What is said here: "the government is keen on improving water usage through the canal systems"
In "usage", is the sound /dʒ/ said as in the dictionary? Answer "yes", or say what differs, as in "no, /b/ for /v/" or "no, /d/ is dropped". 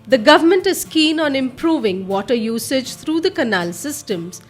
yes